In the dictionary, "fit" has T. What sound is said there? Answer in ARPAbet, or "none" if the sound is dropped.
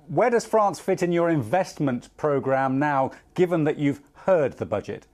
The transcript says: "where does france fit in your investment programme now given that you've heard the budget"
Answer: T